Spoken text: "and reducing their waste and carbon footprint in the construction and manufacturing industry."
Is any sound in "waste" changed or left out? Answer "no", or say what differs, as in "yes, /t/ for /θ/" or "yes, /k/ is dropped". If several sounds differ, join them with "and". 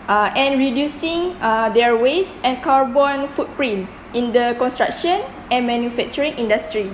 yes, /t/ is dropped